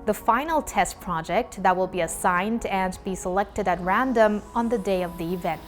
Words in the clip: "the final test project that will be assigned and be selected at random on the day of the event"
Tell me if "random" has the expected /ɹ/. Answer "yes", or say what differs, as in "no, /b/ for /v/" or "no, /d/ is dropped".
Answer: yes